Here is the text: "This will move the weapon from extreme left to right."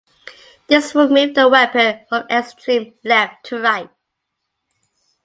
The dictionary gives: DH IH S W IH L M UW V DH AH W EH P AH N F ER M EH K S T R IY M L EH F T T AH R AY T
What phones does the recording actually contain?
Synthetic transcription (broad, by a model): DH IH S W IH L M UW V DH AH W EH P AH N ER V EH S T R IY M L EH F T T AH R AY T